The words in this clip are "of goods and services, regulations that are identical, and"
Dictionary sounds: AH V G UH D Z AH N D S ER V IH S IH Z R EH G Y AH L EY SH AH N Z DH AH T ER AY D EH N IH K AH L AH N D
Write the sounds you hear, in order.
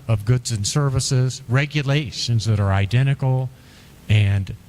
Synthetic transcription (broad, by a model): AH V G UH D Z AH N S ER V IH S IH Z R EH G Y AH L EY SH AH N Z DH AH T ER AY D EH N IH K L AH N